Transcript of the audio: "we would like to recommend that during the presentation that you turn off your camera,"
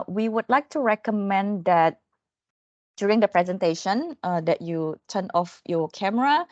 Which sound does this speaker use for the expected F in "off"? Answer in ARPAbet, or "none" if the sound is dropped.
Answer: F